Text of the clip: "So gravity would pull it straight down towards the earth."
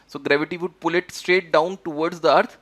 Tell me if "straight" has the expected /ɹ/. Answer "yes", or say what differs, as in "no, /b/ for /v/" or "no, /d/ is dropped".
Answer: yes